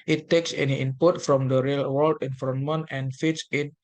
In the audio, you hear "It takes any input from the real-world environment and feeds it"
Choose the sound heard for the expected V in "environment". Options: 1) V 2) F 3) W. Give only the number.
2